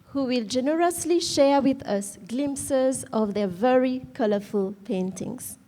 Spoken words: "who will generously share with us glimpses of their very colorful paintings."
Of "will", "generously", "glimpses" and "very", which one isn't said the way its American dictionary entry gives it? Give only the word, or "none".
none